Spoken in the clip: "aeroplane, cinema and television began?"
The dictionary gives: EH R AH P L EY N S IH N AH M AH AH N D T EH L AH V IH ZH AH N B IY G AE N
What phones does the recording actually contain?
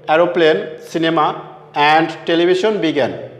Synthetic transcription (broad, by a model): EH R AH P L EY N S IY N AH M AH AH N D T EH L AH B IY SH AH N B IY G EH N